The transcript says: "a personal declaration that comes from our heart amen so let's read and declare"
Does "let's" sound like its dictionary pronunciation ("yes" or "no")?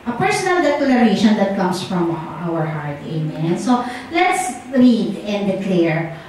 yes